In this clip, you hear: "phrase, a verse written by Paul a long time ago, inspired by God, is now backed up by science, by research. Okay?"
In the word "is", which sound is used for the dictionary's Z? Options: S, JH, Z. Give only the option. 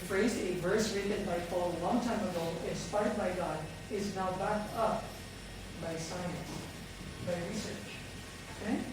Z